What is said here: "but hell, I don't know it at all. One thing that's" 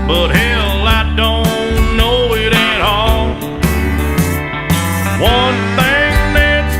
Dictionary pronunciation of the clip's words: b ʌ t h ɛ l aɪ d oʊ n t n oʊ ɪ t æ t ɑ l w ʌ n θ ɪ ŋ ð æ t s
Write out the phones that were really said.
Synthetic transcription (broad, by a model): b ʌ t h ɛ l aɪ d oʊ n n n oʊ ɪ t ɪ t ɑ l w ʌ n θ ɪ ŋ ð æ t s